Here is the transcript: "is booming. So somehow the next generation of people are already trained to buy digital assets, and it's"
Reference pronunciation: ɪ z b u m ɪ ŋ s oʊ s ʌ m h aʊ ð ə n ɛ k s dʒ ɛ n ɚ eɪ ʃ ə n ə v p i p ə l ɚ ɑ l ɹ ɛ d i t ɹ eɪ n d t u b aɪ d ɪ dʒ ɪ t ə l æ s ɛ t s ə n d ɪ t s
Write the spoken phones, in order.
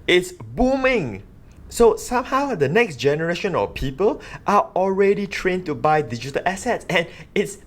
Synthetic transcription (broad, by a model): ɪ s b u m ɪ ŋ s oʊ s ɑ m h aʊ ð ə n ɛ k s dʒ ɛ n ɚ eɪ ʃ ə n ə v p i p ə l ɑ ɑ l ɹ ɛ d i t ɹ eɪ n t u b aɪ d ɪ dʒ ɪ t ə l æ s ɛ t s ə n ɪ t s